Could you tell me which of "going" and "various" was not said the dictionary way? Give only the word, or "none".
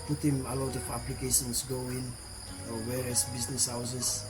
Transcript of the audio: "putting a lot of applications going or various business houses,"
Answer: various